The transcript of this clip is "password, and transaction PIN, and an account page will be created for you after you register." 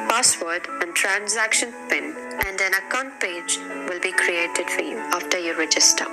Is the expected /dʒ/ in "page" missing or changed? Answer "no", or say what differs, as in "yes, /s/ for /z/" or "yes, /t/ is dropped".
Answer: no